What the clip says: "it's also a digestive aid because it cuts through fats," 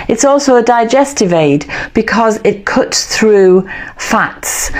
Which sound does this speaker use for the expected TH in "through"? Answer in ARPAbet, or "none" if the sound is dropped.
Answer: TH